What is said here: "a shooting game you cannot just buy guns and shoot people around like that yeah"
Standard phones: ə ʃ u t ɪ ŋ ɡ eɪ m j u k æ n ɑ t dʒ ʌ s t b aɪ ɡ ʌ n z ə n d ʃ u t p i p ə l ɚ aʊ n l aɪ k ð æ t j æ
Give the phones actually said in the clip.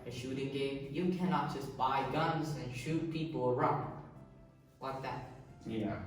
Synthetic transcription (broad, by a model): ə ʃ u t ɪ ŋ ɡ eɪ m j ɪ k æ n ɑ t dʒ ʌ s b aɪ ɡ ʌ n z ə n ʃ u t p i p l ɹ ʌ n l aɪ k ð æ t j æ